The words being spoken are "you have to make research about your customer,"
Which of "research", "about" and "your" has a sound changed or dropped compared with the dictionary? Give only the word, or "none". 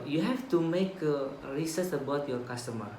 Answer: research